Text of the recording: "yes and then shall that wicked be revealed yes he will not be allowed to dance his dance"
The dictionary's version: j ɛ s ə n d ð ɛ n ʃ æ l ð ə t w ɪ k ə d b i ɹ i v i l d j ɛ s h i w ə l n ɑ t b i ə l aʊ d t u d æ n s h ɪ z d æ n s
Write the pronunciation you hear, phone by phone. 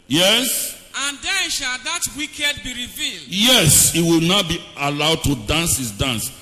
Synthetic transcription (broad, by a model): j ɛ s ə n d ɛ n ʃ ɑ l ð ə t w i k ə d b i ɹ i v i l d j ɛ s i w ə l n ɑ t b i ə l aʊ d t u d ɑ n s h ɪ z d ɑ n s